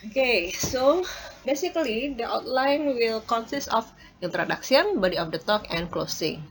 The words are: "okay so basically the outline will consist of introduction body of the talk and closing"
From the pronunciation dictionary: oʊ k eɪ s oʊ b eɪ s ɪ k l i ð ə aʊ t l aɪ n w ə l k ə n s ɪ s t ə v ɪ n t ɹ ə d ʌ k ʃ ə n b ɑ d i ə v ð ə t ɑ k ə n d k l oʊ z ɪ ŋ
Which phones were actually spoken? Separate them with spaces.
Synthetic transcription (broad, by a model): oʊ k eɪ s oʊ b eɪ s ɪ k l i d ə aʊ t l aɪ n w ə l k ə n s ɪ s t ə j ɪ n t ɹ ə d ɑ k s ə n b ɑ d i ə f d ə t ɑ k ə n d k l oʊ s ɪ ŋ